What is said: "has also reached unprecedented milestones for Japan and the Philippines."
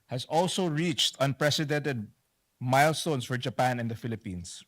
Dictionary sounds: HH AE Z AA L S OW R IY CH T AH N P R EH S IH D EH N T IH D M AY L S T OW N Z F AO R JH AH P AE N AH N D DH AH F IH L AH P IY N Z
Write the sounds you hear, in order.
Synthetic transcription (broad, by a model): HH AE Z AA L S OW R IY CH T AH N P R EH S IH D EH N T IH D M AY L S T OW N S F AO R JH AH P AE N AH N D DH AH F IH L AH P IY N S